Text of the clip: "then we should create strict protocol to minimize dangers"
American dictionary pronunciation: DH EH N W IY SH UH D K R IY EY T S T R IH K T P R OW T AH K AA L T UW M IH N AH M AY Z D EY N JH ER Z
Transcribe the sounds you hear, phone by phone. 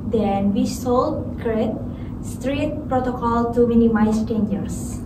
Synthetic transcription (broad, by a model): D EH N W IY S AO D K R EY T S T R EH T P R OW T AH K AA L T UW M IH N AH M AY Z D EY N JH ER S